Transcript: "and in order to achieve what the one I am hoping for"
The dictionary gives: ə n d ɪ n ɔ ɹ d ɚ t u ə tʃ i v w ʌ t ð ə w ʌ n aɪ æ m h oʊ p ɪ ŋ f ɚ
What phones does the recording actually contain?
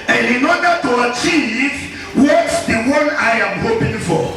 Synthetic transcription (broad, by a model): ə n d ɪ n ɔ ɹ d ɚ t u ə tʃ i v w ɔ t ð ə w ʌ n aɪ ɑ m h oʊ p ɪ ŋ f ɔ